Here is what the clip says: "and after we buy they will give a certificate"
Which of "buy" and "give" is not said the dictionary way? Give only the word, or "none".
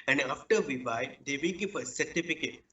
give